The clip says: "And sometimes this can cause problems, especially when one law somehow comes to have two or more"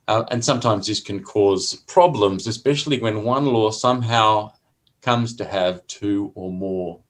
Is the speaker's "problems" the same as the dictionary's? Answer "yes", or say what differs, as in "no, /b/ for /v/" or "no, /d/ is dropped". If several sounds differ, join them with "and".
yes